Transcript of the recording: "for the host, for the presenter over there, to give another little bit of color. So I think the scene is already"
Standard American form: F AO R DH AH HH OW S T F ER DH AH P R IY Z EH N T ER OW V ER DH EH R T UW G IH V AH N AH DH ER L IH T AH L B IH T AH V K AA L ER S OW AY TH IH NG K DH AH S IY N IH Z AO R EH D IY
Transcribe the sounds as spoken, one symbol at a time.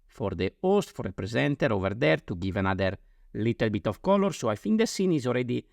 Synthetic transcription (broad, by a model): F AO R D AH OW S T F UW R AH P R IY Z EH N T ER OW V ER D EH R T UW G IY V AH N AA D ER L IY T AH L B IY T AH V K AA L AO S OW AY F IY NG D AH S IY N IH Z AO R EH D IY